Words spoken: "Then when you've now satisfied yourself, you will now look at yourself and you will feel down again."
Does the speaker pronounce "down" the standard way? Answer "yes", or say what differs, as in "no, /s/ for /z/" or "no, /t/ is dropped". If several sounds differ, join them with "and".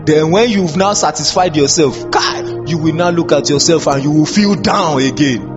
yes